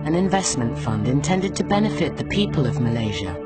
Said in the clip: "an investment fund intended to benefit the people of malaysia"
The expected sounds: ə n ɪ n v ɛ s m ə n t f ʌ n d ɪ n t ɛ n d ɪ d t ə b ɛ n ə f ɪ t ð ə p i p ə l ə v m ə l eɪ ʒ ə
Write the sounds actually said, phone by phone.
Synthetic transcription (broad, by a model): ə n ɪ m v ɛ s m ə n t f ʌ n d ɪ n t ɛ n d ɪ d t ə b ɛ n ə f ɪ t ð ə p i p ə l ə v m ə l eɪ ʒ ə